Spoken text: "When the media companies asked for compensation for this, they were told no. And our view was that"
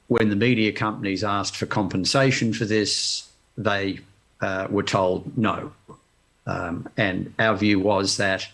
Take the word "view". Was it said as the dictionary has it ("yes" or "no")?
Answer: yes